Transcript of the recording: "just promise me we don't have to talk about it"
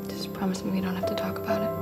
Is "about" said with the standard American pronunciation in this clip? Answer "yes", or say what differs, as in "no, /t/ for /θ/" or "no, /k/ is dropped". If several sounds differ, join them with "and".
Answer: yes